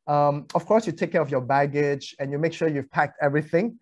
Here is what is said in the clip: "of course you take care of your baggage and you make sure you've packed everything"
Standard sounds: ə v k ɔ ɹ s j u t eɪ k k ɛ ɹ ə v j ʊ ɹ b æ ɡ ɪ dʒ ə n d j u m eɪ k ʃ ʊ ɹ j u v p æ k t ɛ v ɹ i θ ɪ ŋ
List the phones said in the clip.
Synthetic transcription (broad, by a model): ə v k ɔ ɹ s j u t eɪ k k ɛ ɹ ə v j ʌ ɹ b æ ɡ ɪ dʒ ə n j u m eɪ k ʃ ʊ ɹ j u v p æ k t ɛ v ɹ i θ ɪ ŋ